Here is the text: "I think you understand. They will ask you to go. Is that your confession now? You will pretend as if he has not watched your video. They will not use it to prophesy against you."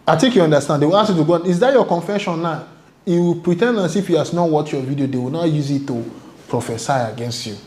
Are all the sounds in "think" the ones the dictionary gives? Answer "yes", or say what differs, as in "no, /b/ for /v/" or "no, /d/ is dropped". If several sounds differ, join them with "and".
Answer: no, /t/ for /θ/